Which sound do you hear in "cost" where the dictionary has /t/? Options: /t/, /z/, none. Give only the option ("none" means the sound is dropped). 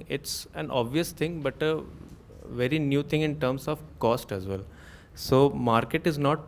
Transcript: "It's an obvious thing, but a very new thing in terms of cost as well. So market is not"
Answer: /t/